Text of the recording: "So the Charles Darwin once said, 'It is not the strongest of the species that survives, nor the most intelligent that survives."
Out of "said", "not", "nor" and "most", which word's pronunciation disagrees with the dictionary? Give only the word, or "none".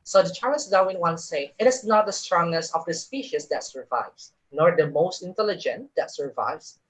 said